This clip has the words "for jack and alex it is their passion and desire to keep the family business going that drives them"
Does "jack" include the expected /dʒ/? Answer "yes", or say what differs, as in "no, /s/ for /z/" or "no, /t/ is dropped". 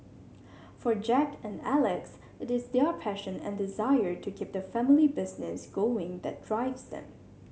yes